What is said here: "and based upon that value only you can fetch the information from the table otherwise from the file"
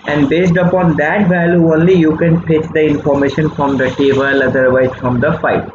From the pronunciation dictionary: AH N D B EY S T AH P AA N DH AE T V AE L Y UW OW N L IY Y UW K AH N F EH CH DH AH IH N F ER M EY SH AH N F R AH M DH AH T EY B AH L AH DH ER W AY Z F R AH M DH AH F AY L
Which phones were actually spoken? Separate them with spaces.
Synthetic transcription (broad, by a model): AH N D B EY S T AH P AA N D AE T V AE L Y UW OW N L IY Y UW K AH N P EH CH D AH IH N F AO M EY SH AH N F R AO M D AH T EY B AH L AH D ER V AY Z F R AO M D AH F AY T